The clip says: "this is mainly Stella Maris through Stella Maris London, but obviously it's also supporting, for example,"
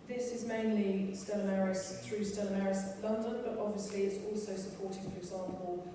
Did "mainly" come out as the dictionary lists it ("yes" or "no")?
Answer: yes